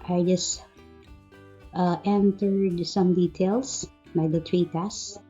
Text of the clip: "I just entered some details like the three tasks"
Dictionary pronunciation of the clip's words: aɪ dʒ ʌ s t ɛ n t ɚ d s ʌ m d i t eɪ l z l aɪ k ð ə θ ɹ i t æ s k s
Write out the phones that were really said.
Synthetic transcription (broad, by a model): aɪ dʒ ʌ s t ɛ n t ɚ d s ʌ m d i t eɪ l s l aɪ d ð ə t ɹ i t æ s s